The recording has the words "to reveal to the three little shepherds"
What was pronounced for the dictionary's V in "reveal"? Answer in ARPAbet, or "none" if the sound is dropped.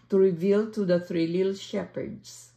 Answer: V